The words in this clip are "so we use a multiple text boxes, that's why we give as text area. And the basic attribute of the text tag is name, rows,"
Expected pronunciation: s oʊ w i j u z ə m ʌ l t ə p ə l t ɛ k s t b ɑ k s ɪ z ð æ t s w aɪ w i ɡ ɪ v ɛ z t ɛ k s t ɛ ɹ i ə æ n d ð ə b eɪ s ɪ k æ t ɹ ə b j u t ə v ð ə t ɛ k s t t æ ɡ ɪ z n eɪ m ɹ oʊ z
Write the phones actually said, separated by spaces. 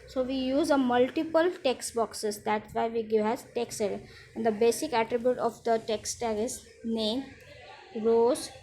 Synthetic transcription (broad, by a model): s oʊ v i j u z ə m ʌ l t ə p ə l t ɛ k s t b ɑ k s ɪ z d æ t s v aɪ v i ɡ ɪ v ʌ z t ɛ k s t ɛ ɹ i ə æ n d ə b eɪ s ɪ k æ t ɹ ə b j u t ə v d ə t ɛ k s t t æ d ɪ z n eɪ m ɹ oʊ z